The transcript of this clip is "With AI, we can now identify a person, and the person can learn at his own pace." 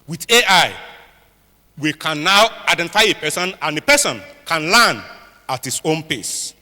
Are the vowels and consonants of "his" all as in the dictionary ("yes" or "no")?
no